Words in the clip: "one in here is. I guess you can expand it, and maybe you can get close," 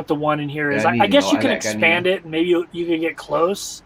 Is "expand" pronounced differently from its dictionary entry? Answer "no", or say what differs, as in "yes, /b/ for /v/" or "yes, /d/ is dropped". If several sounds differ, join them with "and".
no